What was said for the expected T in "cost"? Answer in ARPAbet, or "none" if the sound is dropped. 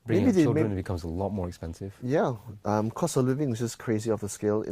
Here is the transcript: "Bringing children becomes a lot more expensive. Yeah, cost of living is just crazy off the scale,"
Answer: none